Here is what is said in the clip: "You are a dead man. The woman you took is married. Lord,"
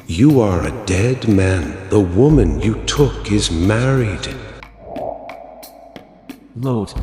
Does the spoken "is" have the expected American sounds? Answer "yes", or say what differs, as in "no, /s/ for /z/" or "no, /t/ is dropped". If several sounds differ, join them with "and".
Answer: yes